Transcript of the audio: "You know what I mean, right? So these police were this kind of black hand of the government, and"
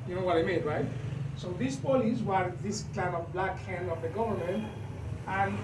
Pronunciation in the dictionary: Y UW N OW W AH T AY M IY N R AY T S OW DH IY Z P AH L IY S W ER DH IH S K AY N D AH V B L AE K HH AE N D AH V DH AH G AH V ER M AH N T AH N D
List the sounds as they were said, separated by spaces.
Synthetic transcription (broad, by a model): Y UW N OW W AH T AY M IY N R AY T S OW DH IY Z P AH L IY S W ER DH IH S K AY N AH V B L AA K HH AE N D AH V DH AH G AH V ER M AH N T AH N